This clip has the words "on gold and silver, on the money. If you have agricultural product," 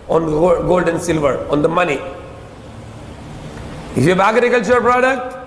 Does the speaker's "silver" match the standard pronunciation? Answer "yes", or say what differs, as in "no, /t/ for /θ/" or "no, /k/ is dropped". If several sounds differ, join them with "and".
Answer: yes